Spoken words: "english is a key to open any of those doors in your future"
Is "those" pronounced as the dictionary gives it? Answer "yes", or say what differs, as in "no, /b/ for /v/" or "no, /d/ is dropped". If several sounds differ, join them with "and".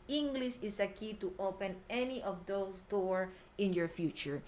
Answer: no, /s/ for /z/